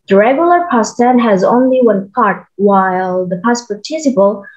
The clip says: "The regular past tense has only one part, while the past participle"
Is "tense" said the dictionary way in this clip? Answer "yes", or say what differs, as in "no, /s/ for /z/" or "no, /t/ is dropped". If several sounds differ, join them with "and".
no, /s/ is dropped